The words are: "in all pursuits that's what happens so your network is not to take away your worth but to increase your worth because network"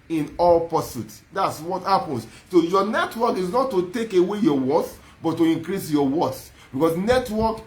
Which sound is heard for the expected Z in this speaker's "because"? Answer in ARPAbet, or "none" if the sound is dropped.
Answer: S